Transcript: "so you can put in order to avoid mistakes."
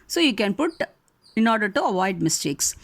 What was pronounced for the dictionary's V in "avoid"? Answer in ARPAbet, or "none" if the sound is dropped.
V